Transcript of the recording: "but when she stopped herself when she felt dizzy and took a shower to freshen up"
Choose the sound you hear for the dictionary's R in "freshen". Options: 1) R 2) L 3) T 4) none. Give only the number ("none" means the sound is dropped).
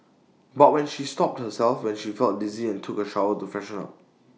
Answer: 4